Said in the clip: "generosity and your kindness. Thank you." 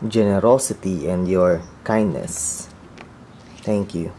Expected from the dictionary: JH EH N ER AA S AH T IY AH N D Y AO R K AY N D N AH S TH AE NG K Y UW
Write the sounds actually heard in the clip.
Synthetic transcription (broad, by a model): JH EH N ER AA S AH T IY AH N D Y AO R K AY N D N AH S T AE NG K Y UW